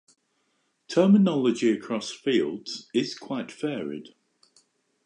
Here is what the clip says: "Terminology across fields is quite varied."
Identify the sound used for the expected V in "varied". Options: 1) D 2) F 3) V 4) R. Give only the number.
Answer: 2